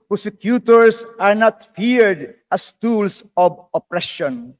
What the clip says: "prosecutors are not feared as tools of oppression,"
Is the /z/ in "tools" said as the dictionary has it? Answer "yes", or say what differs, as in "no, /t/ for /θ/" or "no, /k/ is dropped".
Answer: no, /s/ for /z/